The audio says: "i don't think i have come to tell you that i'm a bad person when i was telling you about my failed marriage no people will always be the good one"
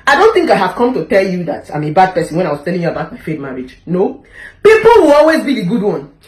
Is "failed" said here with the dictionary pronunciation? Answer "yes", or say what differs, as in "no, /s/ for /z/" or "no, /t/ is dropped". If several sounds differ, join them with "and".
no, /l/ is dropped